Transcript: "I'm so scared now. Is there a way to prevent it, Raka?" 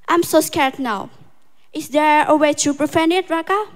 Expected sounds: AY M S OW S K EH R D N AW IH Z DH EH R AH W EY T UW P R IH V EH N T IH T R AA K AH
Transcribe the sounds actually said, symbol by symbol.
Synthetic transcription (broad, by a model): AY M S OW S K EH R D N AW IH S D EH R AH W EY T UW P R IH F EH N IH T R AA K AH